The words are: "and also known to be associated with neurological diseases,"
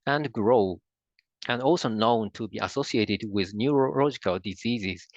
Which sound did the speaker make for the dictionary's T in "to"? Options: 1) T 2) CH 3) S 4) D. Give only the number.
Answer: 1